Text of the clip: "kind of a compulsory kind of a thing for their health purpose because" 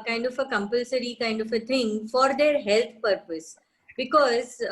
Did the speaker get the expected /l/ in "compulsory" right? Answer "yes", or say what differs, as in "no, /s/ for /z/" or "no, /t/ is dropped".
yes